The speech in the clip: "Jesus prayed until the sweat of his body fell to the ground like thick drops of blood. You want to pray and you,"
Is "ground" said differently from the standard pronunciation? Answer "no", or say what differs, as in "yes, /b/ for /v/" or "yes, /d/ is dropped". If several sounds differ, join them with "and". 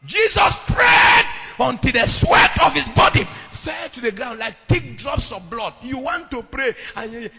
no